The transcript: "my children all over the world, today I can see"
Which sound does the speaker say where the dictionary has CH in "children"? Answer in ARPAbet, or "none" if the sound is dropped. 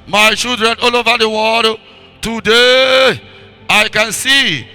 SH